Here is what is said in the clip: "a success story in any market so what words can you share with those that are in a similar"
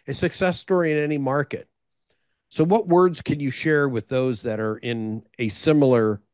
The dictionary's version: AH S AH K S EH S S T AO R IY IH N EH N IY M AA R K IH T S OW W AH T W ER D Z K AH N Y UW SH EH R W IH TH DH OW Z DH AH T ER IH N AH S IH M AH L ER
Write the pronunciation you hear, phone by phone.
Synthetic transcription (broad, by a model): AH S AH K S EH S S T AO R IY IH N EH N IY M AA R K IH T S OW W AH T W ER D Z K AH N Y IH SH EH R W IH DH OW Z DH AH T ER IH N AH S IH M L ER